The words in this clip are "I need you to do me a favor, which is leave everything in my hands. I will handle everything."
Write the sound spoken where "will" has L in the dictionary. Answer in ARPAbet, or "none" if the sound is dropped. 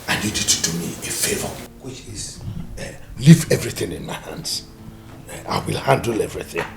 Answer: L